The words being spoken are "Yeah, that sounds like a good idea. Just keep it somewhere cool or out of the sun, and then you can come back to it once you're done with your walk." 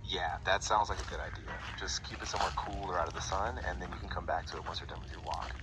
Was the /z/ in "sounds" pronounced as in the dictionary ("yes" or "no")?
yes